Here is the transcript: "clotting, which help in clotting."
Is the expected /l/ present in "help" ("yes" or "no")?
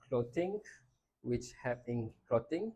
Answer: no